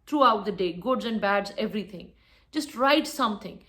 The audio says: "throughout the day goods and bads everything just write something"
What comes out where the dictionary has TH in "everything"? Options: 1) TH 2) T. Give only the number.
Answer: 2